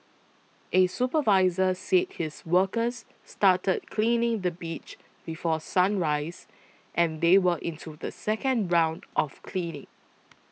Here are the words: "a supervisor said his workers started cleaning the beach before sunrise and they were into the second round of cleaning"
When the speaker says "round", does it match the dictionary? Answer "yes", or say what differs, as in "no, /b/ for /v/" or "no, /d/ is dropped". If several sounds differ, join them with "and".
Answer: yes